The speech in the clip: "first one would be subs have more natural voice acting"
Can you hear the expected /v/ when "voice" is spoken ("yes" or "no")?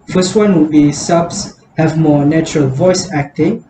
yes